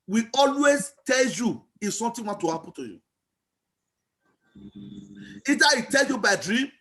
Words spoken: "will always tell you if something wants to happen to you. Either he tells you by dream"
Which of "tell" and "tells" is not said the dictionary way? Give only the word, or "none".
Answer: tells